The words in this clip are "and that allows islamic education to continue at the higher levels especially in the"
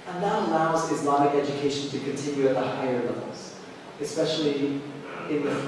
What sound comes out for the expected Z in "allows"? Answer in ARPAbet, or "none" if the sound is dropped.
Z